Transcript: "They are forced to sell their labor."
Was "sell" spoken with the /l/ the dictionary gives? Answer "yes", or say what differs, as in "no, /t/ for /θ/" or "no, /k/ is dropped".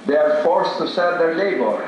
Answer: no, /n/ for /l/